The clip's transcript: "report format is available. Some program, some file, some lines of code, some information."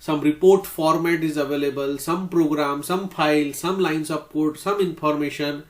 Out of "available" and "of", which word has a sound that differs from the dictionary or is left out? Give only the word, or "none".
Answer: of